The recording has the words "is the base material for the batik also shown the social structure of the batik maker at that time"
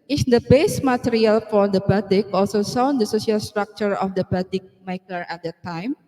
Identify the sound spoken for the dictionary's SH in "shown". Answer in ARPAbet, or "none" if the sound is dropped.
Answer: S